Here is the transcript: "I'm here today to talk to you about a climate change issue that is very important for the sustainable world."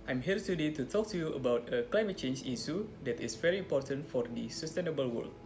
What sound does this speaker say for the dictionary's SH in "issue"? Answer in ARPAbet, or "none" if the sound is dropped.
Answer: S